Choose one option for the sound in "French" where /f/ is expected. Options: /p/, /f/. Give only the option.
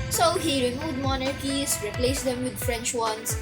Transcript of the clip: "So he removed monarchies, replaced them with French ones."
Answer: /f/